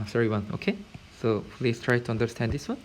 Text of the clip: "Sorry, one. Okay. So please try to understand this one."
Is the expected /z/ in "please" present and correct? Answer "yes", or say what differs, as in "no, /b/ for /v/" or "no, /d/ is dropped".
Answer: no, /s/ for /z/